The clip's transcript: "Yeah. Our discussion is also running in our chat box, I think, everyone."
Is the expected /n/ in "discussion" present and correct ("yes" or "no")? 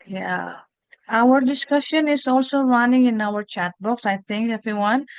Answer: yes